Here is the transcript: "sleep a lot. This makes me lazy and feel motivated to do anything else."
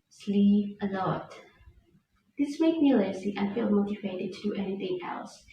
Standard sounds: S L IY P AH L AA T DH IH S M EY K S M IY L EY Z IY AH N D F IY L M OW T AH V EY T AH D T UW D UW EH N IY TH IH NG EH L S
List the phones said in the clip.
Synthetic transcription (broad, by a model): S L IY AH L AA T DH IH S M EY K M IY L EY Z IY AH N F IY L M OW T AH V EY T AH D T UW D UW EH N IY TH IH NG EH L S